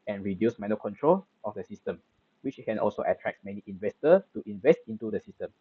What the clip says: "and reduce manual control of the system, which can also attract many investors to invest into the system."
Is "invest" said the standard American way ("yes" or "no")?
yes